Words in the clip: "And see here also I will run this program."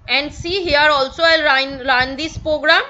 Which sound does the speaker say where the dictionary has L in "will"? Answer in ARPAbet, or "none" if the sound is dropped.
N